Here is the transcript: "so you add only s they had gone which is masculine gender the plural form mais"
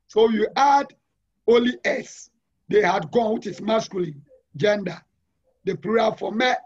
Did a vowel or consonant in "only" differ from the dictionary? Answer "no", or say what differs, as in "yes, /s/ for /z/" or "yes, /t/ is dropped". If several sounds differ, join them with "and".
yes, /n/ is dropped